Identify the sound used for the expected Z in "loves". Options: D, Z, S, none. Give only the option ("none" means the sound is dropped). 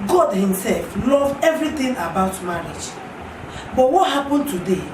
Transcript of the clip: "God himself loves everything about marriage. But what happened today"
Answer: none